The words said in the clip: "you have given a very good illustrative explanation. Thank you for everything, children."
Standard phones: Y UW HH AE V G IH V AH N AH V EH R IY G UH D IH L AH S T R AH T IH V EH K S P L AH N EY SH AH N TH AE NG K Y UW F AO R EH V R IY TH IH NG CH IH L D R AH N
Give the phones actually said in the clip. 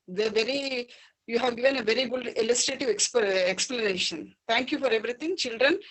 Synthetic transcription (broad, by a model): Y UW HH AE V G IH V AH N AH V EH R IY G UH D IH L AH S T R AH T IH V EH K S P L AH N EY SH AH N T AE NG K Y UW F AO R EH V R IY T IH NG CH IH L D R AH N